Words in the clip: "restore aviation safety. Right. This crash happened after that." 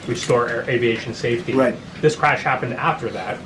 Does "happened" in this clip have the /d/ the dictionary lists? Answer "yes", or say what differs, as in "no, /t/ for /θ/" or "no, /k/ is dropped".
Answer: yes